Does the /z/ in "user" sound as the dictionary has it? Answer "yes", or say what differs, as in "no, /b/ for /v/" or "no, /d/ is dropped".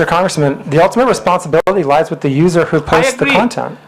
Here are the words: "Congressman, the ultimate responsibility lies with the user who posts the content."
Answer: yes